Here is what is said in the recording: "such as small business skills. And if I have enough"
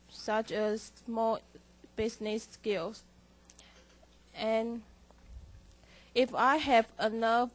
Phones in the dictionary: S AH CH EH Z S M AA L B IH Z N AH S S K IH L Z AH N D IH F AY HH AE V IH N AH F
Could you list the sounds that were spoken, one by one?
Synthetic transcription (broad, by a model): S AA CH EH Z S M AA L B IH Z N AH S S K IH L S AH N IH F AY HH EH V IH N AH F